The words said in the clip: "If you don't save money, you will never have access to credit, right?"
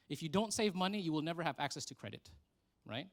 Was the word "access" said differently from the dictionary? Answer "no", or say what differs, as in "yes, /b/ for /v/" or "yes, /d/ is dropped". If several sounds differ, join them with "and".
no